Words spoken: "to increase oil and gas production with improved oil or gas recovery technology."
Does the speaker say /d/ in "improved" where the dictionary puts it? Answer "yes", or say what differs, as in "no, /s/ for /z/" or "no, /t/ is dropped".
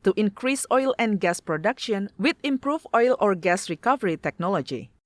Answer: no, /d/ is dropped